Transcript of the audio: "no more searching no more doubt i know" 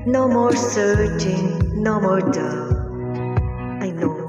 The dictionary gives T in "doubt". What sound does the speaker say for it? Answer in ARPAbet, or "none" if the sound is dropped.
none